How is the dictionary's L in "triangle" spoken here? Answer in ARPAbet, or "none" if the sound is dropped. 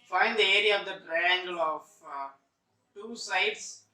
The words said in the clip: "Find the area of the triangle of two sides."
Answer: L